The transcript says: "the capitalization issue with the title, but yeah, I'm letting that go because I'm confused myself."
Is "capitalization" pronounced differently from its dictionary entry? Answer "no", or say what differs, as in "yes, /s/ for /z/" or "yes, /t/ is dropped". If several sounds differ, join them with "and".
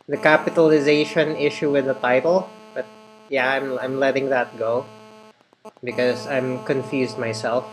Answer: no